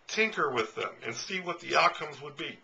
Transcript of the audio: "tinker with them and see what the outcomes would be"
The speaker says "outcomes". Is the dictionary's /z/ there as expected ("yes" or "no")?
yes